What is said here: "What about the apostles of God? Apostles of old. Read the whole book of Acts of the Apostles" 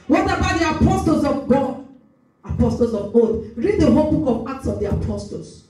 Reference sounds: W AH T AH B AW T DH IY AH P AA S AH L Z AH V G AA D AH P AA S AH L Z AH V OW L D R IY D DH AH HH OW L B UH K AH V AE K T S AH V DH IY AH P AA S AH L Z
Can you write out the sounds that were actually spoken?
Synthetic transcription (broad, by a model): W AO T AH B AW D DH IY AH P AA S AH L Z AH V G AA D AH P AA S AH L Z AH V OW D R IY D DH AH HH OW L B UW K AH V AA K T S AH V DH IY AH P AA S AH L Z